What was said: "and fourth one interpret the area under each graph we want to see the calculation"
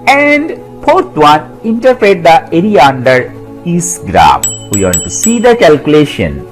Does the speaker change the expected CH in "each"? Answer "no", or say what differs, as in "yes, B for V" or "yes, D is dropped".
yes, S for CH